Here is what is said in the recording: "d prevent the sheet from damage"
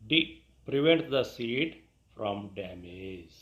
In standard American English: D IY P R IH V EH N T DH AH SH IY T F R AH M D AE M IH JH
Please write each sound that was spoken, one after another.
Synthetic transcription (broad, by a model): D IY P R IH V EH N T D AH S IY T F R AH M D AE M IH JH